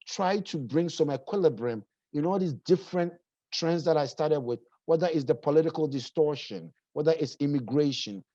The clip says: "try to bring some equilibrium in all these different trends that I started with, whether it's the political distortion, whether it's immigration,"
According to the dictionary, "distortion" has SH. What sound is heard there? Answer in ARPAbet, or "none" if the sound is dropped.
SH